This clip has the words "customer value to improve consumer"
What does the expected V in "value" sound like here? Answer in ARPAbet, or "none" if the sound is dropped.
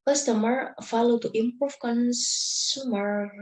F